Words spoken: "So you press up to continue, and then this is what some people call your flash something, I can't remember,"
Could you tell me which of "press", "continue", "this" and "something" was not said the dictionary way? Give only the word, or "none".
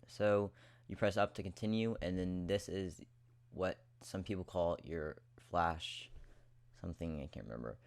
none